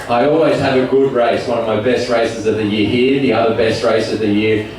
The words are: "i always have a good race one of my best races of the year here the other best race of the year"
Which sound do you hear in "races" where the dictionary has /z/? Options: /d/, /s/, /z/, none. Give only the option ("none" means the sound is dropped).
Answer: /z/